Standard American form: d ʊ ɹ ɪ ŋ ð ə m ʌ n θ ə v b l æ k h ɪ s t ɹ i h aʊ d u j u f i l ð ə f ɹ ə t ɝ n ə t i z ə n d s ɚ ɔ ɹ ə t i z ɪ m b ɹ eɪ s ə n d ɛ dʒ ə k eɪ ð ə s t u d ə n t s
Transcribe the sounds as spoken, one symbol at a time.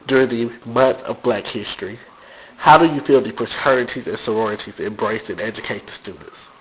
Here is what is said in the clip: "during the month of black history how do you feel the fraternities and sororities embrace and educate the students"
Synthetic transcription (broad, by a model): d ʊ ɹ ɪ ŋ ð ə m ʌ n θ ə v b l æ k h ɪ s t ɹ i h aʊ d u j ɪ f i l ð ə p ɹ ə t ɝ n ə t i z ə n s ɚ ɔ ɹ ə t i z ɪ m b ɹ eɪ s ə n ɛ dʒ ə k eɪ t s t u d n t s